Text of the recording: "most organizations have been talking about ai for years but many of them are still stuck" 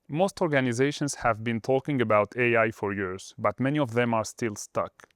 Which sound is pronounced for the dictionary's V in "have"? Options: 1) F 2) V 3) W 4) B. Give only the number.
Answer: 2